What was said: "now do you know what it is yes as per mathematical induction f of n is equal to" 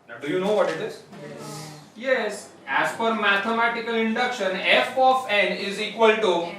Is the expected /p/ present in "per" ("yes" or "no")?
no